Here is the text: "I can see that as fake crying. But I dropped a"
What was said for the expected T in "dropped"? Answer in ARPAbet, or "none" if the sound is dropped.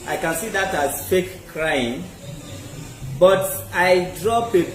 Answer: none